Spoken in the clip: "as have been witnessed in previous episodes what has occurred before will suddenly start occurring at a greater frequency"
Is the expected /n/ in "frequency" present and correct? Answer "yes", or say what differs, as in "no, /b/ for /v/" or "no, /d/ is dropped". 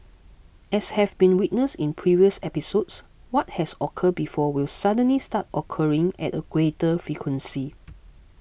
yes